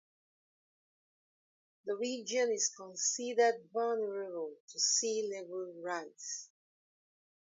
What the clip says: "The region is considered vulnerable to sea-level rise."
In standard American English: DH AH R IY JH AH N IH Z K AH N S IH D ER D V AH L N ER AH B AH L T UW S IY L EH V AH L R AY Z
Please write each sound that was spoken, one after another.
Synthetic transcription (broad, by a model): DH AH R IY JH AH N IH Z K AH N S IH D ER D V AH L N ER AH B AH L T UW S IY L EH V AH L R AY S